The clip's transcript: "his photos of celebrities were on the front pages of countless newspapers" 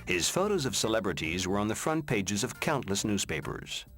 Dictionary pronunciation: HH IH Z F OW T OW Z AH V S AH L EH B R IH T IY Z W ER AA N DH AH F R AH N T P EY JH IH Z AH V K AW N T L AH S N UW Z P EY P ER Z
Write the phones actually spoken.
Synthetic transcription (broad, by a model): HH IH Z F OW T OW Z AH V S AH L EH B R IH T IY Z W ER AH N DH AH F R AH N P EY JH IH Z AH V K AW N T L AH S N UW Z P EY P ER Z